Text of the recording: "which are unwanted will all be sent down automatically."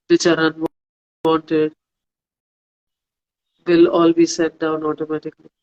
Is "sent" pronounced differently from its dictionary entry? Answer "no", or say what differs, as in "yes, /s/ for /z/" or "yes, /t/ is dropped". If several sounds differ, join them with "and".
yes, /n/ is dropped